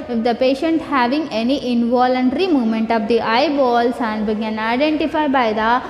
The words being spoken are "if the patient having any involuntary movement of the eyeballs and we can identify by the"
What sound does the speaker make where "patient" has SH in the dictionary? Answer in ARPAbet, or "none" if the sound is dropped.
SH